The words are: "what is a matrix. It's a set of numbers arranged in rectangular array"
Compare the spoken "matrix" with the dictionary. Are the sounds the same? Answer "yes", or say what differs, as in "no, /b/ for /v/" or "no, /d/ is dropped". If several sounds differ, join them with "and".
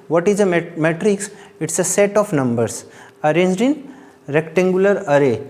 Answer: yes